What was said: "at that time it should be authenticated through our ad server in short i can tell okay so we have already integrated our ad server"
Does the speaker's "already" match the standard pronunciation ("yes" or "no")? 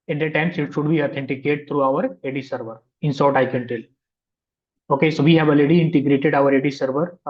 no